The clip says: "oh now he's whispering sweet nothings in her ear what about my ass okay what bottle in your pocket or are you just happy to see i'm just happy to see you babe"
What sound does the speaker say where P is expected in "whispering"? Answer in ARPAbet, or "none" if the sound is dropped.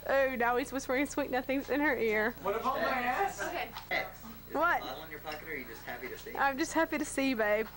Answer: B